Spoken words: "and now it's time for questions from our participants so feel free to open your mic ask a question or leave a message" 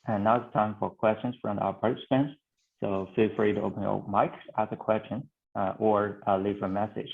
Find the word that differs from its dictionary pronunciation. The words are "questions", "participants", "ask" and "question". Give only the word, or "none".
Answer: ask